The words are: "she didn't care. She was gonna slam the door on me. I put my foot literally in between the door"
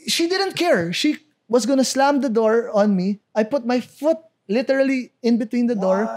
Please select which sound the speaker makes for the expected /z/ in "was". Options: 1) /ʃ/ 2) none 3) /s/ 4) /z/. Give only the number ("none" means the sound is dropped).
3